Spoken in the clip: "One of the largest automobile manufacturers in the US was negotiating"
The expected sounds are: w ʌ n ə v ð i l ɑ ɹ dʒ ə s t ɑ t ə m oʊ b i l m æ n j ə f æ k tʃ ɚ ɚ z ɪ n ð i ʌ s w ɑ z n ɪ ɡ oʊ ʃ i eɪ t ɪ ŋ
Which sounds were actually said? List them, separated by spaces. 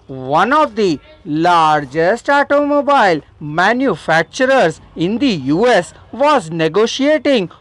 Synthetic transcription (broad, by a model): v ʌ n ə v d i l ɑ ɹ dʒ ə s t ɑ t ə m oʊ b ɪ l m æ n j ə f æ k tʃ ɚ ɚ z ɪ n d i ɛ s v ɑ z n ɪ ɡ oʊ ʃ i eɪ t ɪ ŋ